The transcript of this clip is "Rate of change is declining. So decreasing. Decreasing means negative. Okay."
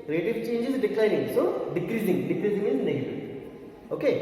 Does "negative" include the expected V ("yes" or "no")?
no